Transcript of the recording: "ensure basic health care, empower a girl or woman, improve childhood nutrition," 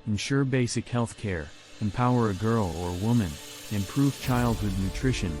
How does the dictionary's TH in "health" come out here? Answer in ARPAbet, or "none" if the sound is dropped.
TH